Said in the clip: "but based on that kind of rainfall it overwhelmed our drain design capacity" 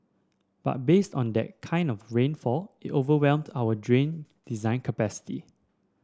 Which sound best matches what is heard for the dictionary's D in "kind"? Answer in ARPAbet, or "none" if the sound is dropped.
D